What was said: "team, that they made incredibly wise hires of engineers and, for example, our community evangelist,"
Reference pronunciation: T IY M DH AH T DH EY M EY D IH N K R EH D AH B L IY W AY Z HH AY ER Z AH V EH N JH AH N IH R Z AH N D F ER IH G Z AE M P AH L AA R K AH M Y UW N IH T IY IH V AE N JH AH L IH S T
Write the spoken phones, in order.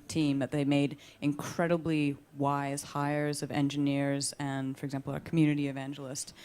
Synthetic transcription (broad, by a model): T IY M DH AH T DH EY M EY D IH N K R EH D AH B L IY W AY Z HH AY ER Z AH V EH N JH AH N IH R Z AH N F ER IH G Z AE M P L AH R K M Y UW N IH T IY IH V AE N JH L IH S T